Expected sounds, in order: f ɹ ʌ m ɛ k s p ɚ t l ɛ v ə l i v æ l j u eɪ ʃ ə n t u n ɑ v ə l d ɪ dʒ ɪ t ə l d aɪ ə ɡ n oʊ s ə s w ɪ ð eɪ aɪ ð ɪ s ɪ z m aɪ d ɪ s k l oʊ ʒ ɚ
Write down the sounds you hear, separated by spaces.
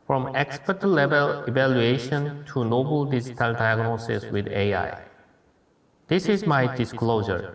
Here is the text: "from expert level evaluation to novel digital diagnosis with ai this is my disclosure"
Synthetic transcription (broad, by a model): f ɹ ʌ m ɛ k s p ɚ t l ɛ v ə l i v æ l j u eɪ ʃ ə n t u n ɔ b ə l d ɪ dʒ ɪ t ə l d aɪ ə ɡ n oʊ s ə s w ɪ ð eɪ aɪ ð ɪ s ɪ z m aɪ d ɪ s k l oʊ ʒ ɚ